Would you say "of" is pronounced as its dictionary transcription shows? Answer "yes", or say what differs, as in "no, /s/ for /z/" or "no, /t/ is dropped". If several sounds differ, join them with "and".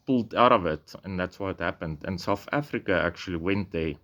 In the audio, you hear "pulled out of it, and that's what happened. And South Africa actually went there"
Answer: yes